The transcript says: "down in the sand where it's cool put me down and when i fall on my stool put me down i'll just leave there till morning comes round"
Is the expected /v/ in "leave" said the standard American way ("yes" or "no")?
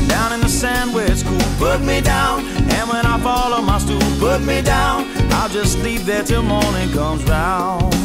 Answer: no